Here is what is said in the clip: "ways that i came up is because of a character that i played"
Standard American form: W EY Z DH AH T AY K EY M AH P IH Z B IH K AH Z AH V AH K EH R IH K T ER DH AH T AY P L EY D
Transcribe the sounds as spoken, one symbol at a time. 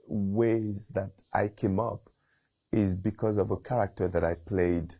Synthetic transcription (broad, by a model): W EY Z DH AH T AY K EY M AH P IH Z B IH K AH Z AH V AH K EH R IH K T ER DH AH T AY P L EY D